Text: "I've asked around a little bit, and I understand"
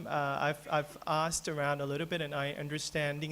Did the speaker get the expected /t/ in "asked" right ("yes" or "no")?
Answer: yes